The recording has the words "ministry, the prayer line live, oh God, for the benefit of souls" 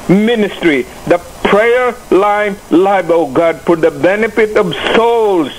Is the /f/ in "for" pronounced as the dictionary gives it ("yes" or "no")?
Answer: no